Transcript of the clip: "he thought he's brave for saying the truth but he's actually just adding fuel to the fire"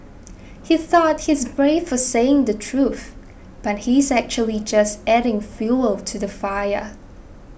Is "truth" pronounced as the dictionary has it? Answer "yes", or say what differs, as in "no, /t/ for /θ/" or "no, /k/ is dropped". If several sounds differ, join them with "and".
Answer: yes